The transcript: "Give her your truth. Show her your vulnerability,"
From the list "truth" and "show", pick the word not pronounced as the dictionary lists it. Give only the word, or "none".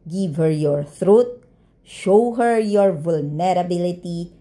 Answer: truth